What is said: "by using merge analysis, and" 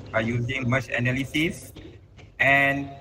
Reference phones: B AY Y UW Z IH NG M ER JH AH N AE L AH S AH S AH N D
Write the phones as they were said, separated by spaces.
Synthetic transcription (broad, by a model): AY Y UW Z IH NG M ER CH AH N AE L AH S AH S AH N